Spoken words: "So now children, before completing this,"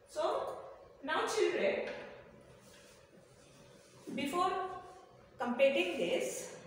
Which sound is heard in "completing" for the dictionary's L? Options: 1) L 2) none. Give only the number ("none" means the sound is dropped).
2